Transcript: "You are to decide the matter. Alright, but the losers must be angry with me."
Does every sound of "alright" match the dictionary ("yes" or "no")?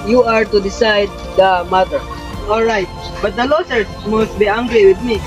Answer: yes